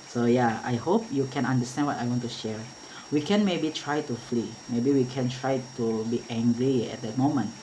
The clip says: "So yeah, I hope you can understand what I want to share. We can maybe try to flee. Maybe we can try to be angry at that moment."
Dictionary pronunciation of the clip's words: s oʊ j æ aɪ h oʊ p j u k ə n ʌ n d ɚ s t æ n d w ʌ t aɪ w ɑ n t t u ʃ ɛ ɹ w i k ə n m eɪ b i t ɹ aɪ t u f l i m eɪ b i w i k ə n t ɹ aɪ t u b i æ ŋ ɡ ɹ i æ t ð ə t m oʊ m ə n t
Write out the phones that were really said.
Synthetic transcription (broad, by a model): s oʊ j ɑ aɪ h oʊ p j u k ə n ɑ n d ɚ s t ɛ n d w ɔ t aɪ w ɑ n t t u ʃ ɛ ɹ w i k ə n m eɪ b i t ɹ aɪ t u f l i m eɪ b i w i k ə n t ɹ aɪ t u b i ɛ ŋ ɡ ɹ i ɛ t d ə t m oʊ m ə n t